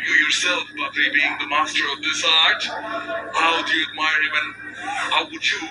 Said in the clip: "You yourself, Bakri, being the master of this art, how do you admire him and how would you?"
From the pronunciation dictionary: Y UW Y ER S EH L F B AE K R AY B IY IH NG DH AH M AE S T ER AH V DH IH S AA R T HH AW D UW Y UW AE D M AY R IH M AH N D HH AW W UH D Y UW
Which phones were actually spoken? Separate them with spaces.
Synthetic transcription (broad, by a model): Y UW Y ER S EH L F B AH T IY B IY IH NG DH AH M AE S T ER AH V DH IH S AA R T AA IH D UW Y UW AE D M AY R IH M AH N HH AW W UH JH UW